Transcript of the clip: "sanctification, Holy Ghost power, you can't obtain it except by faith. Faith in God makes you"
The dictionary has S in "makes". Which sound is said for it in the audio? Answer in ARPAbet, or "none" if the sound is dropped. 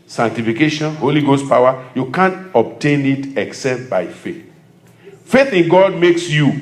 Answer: S